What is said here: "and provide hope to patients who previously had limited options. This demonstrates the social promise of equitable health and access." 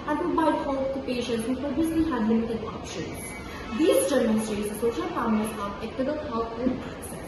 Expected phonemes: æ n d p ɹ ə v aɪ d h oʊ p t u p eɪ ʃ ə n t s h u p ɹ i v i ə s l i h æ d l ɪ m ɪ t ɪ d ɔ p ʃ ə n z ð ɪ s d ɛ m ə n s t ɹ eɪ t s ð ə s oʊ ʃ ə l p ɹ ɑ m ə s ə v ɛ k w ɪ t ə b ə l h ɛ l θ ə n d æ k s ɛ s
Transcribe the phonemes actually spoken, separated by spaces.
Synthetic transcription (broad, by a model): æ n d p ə b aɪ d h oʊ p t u p eɪ ʃ ə n t s h u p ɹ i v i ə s l i h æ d l ɪ m ɪ t ɪ d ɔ p ʃ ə n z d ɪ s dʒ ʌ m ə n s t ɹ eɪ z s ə s oʊ ʃ ə l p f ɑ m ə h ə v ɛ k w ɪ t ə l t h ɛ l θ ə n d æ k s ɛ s